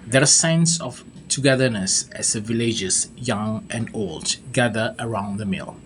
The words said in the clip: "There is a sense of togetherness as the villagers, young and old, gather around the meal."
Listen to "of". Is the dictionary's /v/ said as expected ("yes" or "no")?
no